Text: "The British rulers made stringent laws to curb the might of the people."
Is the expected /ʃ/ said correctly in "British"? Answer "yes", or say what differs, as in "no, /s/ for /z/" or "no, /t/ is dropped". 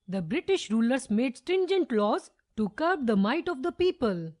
yes